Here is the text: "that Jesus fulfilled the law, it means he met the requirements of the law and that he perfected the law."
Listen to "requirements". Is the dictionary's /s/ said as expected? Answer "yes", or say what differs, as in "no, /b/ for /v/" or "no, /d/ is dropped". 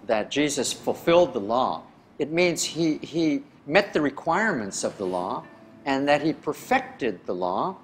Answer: yes